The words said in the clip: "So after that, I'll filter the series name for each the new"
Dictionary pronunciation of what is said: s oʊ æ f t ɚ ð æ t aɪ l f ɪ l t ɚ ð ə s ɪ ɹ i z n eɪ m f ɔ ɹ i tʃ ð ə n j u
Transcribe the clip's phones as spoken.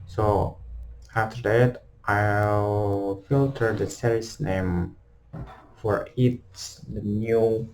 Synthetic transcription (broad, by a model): s oʊ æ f t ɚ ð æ t aɪ l f ɪ l t ɚ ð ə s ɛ l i s n eɪ m f ɔ ɹ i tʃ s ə n j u